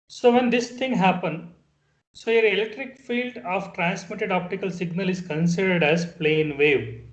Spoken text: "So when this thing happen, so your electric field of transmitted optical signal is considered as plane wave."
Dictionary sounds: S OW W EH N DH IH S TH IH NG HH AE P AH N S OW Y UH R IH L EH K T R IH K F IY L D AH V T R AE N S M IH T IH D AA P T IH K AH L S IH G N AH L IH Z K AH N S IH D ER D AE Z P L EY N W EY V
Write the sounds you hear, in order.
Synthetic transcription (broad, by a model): S OW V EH N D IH S T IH NG HH AE P AH N S OW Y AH R IH L EH K T R IH K F IY L D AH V T R AE N S M IH T IH D AA P T IH K AH L S IH G N AH L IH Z K AH N S IH D ER D AE Z P L EY N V EY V